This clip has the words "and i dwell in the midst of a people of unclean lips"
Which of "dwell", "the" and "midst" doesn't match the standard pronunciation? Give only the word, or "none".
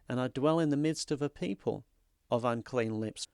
none